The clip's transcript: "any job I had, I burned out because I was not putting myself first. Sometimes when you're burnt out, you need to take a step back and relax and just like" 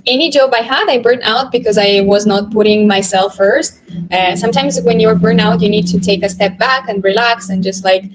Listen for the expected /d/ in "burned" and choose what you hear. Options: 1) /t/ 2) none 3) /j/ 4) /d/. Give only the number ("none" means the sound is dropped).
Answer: 2